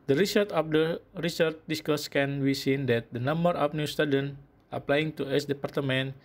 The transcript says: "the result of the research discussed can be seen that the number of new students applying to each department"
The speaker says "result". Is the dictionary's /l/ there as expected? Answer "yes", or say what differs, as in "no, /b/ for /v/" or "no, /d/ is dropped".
no, /l/ is dropped